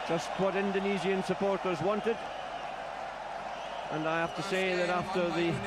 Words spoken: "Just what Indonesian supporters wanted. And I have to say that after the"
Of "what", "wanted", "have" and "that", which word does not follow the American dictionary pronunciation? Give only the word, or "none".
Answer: have